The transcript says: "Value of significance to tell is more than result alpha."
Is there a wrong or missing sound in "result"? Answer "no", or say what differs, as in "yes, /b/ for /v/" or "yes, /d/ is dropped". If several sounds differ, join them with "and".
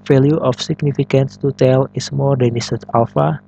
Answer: yes, /s/ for /z/ and /l/ is dropped